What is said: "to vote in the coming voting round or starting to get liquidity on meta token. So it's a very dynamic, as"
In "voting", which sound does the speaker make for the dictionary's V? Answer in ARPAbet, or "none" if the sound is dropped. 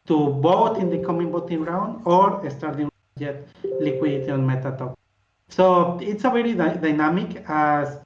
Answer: B